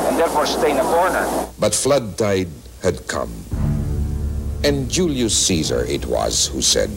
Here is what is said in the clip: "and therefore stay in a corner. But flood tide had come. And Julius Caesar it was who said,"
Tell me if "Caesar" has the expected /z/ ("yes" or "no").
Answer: yes